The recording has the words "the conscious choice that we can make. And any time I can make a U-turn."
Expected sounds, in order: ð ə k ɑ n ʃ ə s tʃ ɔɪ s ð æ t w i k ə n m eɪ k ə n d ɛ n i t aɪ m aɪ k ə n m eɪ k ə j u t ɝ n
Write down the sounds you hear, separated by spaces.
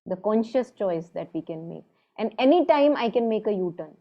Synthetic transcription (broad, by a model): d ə k ɑ n ʃ ə s tʃ ɔɪ s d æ t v i k ə n m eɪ k ə n d ɛ n i t aɪ m aɪ k ə n m eɪ k ə j u t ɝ n